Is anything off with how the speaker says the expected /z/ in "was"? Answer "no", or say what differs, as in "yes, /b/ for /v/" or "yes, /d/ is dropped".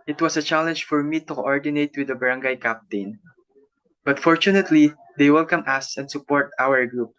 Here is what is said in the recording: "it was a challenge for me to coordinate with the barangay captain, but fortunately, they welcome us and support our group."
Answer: yes, /s/ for /z/